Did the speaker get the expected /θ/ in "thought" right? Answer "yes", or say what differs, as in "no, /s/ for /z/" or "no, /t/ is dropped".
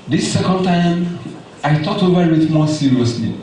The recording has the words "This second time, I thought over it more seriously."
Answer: no, /t/ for /θ/